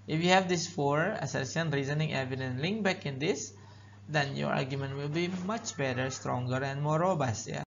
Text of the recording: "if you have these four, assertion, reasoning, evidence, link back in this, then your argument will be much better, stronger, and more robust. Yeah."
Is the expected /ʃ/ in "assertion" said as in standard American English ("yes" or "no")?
no